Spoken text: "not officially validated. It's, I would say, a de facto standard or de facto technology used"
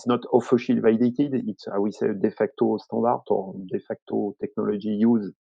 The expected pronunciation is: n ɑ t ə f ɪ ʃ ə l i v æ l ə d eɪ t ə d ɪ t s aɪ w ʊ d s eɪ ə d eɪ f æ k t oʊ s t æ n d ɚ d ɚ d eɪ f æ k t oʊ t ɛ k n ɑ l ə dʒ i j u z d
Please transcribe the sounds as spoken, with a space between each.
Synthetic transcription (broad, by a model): n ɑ t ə f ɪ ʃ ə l v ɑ ə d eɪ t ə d ɪ t s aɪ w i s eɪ ə d eɪ f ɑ k t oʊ s t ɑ d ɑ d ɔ d eɪ f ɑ k t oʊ t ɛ k n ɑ l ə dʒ i j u z